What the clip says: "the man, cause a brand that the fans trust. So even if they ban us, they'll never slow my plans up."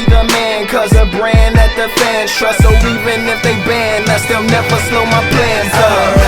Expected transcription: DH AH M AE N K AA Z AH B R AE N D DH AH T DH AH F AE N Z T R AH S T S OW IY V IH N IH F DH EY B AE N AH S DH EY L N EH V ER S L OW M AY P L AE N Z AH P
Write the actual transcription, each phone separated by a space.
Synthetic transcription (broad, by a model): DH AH M AE N K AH Z AH B R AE N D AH T DH AH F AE N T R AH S S OW IY V IH N IH F DH EY B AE N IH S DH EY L N EH V ER S L OW M AY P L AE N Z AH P